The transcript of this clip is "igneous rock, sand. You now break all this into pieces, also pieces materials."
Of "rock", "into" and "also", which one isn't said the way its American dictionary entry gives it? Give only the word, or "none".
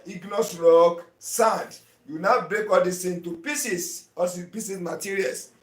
also